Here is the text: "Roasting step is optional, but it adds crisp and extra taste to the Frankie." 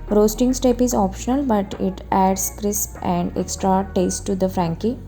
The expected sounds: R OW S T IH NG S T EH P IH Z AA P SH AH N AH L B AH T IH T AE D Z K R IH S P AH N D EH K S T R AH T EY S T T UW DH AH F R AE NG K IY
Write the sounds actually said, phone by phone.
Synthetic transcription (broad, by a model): R OW S T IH NG S T EH P IH Z AA P SH AH N AH L B AH T IH T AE D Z K R IH S P AH N D EH K S T R AH T EY S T T UW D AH F R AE NG K IY